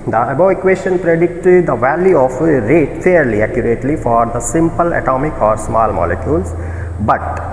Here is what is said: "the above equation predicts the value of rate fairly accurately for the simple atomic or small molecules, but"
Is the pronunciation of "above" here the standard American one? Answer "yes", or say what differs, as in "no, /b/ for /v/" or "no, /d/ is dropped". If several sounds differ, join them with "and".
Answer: no, /v/ is dropped